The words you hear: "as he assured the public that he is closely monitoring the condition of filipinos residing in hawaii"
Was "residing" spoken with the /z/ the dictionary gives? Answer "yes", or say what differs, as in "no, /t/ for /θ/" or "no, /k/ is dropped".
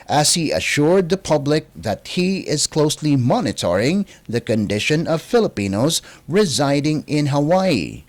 yes